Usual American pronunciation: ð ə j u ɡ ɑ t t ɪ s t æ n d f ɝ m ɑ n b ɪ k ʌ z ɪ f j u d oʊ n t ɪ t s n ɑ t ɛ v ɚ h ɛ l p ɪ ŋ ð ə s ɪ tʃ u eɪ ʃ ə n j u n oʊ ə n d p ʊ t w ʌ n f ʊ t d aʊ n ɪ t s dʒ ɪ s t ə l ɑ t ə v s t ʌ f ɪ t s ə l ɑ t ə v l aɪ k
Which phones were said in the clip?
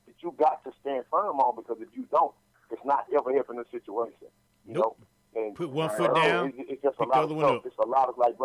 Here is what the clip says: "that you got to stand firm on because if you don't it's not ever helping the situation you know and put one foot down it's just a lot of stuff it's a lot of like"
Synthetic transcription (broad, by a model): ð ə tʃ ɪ ɡ ɑ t t ɪ s t æ n d f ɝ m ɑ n b ɪ k ʌ z ɪ f j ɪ d oʊ n t ɪ t s n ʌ t ɛ v ɚ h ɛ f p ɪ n ð ə s ɪ tʃ u eɪ ʃ ə n j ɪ n oʊ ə n p ʊ t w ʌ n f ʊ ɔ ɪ ɪ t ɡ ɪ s ə l ɑ t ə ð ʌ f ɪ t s ə l ɑ t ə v l aɪ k